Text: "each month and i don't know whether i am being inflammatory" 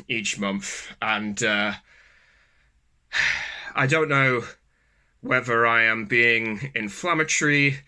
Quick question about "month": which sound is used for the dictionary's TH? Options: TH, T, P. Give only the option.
TH